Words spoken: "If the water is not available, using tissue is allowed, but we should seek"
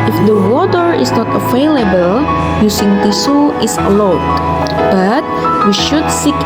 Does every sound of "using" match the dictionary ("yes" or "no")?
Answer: no